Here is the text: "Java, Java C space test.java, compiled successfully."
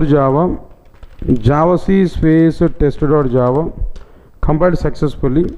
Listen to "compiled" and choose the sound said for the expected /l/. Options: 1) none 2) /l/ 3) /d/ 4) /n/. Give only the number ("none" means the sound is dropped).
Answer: 1